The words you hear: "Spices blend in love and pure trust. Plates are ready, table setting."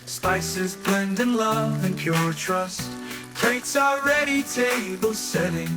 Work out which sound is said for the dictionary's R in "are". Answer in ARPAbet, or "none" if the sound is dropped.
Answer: L